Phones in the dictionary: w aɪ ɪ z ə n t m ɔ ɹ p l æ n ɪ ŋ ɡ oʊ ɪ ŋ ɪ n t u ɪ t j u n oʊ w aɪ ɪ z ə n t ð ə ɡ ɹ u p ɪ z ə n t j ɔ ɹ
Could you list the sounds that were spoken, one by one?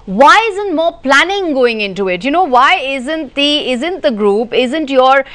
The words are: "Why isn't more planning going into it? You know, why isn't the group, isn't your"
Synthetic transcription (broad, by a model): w aɪ ɪ z ə n t m ɔ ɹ p l æ n ɪ ŋ ɡ oʊ ɪ ŋ ɪ n t u ɪ t j u n oʊ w aɪ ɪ z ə n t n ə ɡ ɹ u p ɪ z ə n t j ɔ ɹ